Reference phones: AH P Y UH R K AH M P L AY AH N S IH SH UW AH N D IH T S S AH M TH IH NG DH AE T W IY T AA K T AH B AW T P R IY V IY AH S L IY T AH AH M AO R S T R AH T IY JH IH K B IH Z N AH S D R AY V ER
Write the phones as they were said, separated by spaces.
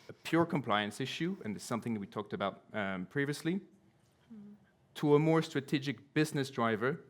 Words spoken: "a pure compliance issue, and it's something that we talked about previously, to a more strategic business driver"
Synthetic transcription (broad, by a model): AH P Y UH R K AH M P L AY AH N S IH SH UW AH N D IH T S S AH M TH IH NG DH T W IY T AA K T AH B AW T P R IY V IY AH S L IY T AH AH M AO R S T R AH T IY JH IH K B IH Z N AH S D R AY V ER